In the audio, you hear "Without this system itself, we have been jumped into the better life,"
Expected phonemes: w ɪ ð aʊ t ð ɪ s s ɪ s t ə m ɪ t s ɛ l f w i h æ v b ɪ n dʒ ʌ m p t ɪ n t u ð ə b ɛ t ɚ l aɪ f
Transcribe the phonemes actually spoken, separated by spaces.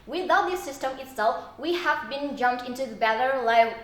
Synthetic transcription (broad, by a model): w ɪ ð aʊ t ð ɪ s s ɪ s t ə m ɪ t s ɛ l f w i h æ v b ɪ n dʒ ʌ m p t ɪ n t u ð ə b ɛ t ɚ l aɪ